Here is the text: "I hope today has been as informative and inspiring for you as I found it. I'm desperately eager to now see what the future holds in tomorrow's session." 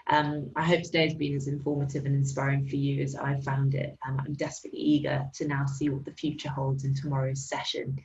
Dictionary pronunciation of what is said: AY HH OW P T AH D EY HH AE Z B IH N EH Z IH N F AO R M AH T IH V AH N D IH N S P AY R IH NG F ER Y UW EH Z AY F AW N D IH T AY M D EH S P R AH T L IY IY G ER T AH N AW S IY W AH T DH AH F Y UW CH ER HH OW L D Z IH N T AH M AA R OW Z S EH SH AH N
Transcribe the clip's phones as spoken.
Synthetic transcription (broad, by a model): AY HH OW P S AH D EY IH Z B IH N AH Z IH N F AO M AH T IH V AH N IH N S P AY R IH NG F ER Y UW Z AY F AW N D IH T AY M D EH S P R AH T L IY IY G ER T AH N AW S IY W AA T DH AH F Y UW CH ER HH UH L D Z IH N T AH M AA R OW Z S EH SH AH N